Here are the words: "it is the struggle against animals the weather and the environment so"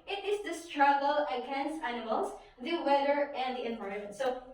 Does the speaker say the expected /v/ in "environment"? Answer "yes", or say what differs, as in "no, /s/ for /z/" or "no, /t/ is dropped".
no, /p/ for /v/